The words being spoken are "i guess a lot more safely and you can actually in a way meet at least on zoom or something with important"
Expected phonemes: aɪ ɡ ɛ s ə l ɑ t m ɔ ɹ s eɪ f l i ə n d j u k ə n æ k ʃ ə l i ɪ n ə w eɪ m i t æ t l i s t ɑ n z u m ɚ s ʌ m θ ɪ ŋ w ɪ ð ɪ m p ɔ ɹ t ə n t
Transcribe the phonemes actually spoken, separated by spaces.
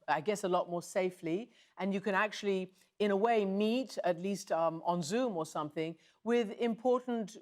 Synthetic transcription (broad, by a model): aɪ ɡ ɛ s ə l ɑ t m ɔ ɹ s eɪ f l i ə n j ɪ k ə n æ k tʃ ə l i ɪ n ə w eɪ m i t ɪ t l i s t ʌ n z u m ɚ s ʌ m θ ɪ ŋ w ɪ ð ɪ m p ɔ ɹ t n t